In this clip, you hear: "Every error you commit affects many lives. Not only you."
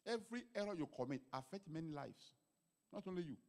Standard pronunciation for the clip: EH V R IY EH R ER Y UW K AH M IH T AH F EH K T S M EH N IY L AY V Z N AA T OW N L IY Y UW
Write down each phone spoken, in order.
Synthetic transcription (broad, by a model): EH V R IY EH R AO Y UW K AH M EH T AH F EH K T M EH N IY L AY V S N AA T OW N L IY Y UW